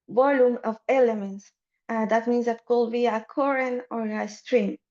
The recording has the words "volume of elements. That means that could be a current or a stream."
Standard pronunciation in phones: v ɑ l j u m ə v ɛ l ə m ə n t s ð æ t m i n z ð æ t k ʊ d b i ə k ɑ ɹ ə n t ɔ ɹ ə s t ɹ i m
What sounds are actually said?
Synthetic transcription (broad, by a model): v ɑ l j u m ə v ɛ l ə m ə n t s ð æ t m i n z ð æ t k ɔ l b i ə k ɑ ɹ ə n ɔ ɹ ə s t ɹ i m